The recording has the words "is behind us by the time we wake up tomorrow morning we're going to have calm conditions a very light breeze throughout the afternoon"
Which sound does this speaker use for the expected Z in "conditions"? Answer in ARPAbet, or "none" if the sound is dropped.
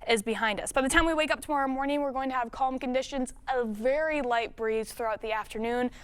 Z